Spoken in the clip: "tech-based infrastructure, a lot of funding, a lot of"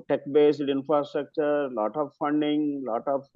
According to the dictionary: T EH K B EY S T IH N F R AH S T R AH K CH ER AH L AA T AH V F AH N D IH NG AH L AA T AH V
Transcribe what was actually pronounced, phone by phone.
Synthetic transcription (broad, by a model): T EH K B EY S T IH N F R AH S T R AH K CH ER L AA T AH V F AH N D IH NG L AA T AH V